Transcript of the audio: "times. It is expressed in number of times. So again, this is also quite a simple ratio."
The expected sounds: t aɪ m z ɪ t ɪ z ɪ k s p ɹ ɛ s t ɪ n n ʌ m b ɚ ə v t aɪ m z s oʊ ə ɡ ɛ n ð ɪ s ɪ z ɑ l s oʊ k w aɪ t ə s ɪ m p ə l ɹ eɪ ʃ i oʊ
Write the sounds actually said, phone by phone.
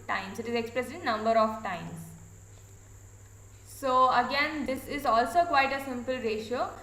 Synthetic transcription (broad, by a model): t aɪ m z ɪ t ɪ z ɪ k s p ɹ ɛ s ɪ n n ʌ m b ɚ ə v t aɪ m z s oʊ ə ɡ ɛ n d ɪ s ɪ z ɑ l s oʊ k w aɪ t ə s ɪ m p ə l ɹ eɪ ʃ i oʊ